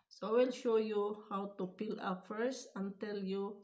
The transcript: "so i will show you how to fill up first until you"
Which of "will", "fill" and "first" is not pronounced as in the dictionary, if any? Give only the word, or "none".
fill